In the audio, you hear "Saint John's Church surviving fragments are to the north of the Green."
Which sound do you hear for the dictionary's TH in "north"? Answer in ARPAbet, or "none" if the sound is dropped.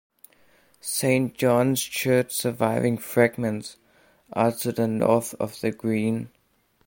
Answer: TH